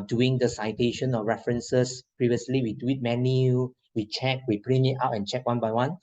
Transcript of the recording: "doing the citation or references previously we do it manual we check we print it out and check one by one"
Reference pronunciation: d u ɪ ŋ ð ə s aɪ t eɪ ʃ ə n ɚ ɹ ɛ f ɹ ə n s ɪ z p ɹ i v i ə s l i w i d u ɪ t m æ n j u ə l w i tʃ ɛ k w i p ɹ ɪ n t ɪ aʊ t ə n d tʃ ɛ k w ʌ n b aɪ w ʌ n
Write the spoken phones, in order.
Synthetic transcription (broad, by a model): d u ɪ ŋ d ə s aɪ t eɪ ʃ ə n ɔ ɹ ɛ f ɹ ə n s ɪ s p ɹ i v i ə s l i w i d u ɪ t m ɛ n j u w i tʃ ɛ k w i p ɹ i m ɪ aʊ t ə n tʃ ɛ k w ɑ n b aɪ w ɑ n